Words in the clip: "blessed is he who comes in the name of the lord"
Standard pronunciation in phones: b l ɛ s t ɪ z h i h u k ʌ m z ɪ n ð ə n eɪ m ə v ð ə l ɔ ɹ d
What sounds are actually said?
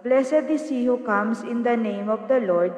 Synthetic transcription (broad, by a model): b l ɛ s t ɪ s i h u k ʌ m s ɪ n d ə n eɪ m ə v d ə l ɔ ɹ d